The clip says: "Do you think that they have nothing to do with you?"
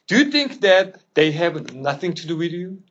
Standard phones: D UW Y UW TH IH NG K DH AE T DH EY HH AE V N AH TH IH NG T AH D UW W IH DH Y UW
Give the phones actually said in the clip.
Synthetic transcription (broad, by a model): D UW Y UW TH IH NG K DH AE T DH EY HH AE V N AH TH IH NG T AH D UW W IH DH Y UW